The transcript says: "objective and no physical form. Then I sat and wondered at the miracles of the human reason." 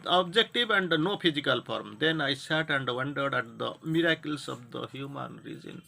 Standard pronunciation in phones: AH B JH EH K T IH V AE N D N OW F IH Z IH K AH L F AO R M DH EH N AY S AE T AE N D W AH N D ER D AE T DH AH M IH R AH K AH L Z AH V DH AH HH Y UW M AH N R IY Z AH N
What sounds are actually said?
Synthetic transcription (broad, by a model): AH B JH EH K T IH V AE N D N OW P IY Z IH K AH L P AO R M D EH N AY S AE T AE N D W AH N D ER D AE T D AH M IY R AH K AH L S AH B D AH HH Y UW M AH N R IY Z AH N